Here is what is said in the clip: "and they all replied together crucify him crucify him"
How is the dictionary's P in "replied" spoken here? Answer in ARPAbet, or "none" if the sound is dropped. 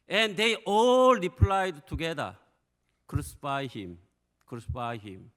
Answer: P